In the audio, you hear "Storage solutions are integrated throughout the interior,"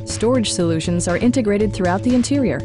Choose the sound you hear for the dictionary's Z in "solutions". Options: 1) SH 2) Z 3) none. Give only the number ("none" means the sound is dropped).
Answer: 2